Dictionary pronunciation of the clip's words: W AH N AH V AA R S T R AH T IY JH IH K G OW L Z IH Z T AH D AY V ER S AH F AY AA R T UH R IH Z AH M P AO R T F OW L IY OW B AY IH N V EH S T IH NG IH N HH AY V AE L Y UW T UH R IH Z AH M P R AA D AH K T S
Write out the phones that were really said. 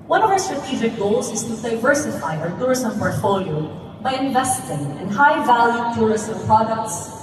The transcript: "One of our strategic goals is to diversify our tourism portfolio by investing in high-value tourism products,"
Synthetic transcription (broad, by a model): W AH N AH V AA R S T R AH T IY JH IH K G OW L Z IH Z T AH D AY V ER S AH F AY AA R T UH R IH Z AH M P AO R T F OW L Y OW B AY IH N V EH S T IH NG IH N HH AY V AE L Y UW T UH R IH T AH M P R AA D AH K T S